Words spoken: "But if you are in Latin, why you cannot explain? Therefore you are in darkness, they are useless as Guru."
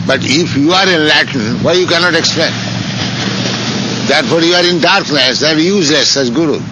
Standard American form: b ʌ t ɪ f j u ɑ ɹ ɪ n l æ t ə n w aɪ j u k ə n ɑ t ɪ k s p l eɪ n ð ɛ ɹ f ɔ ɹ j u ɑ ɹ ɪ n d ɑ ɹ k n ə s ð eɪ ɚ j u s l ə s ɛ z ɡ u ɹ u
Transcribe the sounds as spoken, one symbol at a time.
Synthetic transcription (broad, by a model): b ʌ t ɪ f j u ɑ ɹ ɪ n l æ t ə n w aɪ j u k ə n ɑ t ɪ k s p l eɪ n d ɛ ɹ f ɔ ɹ j u ɑ ɹ ɪ n d ɑ ɹ k n ə s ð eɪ j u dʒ l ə s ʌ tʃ ɡ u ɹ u